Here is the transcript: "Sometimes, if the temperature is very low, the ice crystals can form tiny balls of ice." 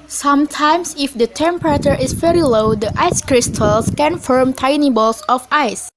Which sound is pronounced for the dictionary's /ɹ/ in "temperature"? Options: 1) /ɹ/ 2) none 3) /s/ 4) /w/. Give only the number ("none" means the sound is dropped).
1